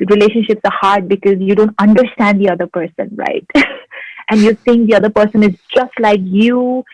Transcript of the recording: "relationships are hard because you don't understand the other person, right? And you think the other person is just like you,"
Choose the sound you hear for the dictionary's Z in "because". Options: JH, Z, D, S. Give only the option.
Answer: Z